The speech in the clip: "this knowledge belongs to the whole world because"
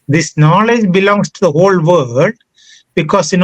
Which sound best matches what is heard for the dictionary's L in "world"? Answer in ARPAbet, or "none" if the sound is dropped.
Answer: none